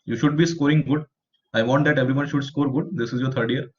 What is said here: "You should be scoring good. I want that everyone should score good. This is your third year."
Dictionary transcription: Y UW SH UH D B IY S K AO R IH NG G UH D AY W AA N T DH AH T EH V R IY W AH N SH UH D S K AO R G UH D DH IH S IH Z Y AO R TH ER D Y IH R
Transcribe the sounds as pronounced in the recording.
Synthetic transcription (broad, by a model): Y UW SH UH D B IY S K AO R IH NG G UH D AY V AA N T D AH T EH V R IY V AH N SH UH D S K AO R G UH D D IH S IH Z Y AO R T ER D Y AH R